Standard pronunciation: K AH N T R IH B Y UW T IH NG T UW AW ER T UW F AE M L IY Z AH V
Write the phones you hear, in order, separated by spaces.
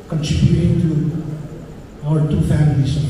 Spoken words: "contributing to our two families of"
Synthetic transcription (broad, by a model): K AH N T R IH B Y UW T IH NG T UW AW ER T UW F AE M IY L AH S